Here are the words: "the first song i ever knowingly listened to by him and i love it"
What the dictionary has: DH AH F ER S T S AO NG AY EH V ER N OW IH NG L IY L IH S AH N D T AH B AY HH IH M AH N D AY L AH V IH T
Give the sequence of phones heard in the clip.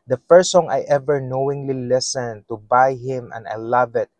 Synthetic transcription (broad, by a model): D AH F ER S S AO NG AY EH V ER N OW IH NG L IY L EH S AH N T AH B AY HH IH M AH N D AY L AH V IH T